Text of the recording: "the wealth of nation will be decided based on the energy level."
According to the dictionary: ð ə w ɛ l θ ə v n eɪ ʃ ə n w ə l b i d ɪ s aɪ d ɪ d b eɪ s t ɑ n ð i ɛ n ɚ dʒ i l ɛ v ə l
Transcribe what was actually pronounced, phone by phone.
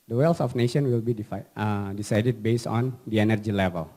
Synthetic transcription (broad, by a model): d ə w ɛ l s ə f n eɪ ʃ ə n w ə l b i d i s aɪ d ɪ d b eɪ s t ɑ n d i ɛ n ɚ dʒ i l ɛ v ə l